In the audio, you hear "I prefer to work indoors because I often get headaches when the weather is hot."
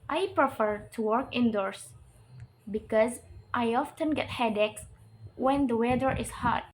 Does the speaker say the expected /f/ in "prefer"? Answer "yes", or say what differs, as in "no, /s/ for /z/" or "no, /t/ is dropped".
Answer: yes